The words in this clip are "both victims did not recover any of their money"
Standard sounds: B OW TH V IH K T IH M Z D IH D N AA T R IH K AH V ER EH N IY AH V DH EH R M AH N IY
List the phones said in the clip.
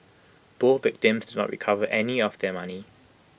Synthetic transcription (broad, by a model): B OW V IH K T IH M Z D IH D N AA T R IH K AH V ER EH N IY AH V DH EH M AH N IY